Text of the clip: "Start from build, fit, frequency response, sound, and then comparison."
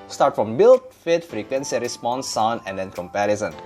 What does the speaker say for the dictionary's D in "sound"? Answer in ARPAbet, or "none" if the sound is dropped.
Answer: none